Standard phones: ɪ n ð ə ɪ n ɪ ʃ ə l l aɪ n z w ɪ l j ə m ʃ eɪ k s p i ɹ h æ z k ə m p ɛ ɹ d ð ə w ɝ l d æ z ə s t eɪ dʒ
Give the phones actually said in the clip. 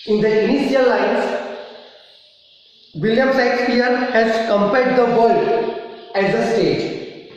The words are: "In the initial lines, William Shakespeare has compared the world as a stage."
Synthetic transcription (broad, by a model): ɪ n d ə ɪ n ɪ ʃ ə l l aɪ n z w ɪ l j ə m s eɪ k s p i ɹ h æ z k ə m p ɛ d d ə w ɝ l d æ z ə s t eɪ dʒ